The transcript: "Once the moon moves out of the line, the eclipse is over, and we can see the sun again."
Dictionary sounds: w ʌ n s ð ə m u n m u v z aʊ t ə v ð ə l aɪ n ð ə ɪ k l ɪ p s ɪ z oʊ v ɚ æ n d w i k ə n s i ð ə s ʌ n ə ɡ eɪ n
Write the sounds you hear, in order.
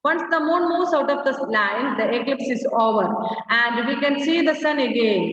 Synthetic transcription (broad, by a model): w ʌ n s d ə m u n m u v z aʊ t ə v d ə l aɪ n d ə ɪ k l ɪ p s ɪ z oʊ v ɚ æ n d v i k ə n s i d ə s ʌ n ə ɡ eɪ n